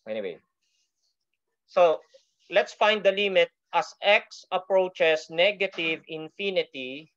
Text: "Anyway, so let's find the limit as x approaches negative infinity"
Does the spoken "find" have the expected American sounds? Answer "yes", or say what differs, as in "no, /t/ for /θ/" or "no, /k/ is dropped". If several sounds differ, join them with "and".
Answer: yes